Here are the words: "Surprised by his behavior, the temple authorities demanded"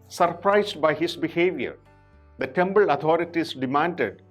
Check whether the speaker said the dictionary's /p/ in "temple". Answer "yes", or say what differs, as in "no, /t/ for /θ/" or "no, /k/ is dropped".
no, /b/ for /p/